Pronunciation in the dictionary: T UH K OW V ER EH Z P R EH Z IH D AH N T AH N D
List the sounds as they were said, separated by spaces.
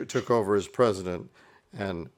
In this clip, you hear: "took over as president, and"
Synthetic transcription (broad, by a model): T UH K OW V ER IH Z P R EH Z IH D AH N T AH N